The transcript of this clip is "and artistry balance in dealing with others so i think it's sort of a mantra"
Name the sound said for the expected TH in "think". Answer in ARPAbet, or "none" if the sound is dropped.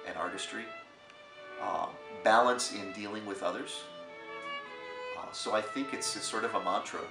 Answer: TH